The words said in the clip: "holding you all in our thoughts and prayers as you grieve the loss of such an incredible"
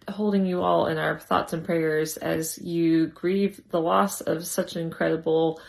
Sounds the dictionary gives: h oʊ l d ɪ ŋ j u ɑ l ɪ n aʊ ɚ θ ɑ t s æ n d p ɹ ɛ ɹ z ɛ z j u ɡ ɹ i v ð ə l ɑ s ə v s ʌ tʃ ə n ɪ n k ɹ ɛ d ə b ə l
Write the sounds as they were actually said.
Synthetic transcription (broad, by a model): h oʊ l d ɪ ŋ j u ɑ l ɪ n aʊ ɚ θ ɑ t s n p ɹ ɛ ɹ z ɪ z j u ɡ ɹ i v ð ə l ɑ s ə v s ʌ tʃ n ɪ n k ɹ ɛ d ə b l